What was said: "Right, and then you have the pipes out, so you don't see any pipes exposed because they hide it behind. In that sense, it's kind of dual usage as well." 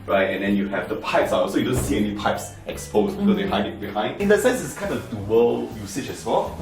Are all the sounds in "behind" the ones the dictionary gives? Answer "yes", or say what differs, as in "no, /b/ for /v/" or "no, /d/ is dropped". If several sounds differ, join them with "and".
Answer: yes